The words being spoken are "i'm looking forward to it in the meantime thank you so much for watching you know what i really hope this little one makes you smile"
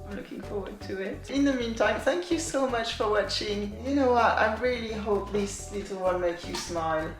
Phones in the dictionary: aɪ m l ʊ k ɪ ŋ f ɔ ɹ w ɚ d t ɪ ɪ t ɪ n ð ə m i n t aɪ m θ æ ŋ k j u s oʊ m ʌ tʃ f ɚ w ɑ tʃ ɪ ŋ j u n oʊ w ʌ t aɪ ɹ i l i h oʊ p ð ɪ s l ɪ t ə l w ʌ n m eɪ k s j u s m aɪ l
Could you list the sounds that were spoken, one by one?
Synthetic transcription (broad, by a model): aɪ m l ʊ k ɪ ŋ f ɔ ɹ w ɚ d t ɪ ɪ t ɪ n ð ə m i n t aɪ m θ æ ŋ k j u s oʊ m ʌ tʃ f ɚ w ɑ tʃ ɪ ŋ j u n oʊ w ʌ t aɪ ɹ i l i h oʊ p ð ɪ s l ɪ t l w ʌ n m eɪ k j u s m aɪ l